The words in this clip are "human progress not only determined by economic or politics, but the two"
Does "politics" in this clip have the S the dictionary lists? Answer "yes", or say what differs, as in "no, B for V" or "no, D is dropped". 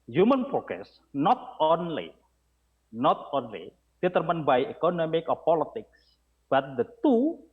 yes